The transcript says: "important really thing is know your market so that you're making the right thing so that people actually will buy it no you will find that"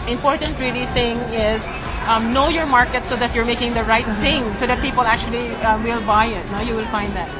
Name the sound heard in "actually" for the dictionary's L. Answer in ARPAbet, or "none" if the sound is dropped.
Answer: L